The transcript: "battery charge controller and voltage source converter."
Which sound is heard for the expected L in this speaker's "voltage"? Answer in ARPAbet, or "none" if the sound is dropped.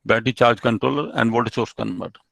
none